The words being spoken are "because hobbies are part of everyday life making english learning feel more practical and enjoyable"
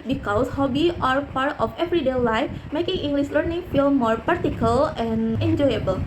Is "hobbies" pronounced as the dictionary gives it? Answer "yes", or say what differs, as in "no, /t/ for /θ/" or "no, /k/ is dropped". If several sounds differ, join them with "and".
no, /z/ is dropped